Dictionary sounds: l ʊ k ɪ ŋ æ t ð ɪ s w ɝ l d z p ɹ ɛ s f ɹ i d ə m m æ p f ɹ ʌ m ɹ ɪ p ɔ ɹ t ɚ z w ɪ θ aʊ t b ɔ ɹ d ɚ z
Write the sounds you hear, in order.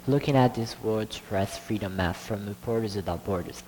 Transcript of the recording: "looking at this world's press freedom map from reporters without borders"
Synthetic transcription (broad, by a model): l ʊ k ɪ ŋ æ t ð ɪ s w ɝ d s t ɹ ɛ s f ɹ i d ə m m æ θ f ɹ ʌ m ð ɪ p ɔ ɹ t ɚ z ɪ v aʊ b ɔ ɹ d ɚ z